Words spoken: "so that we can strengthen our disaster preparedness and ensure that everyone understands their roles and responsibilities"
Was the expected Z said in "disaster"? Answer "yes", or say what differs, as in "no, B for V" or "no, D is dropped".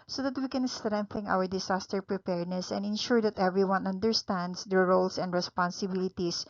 no, S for Z